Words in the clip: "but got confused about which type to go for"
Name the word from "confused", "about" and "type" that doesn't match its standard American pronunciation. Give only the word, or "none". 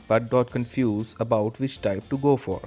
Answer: confused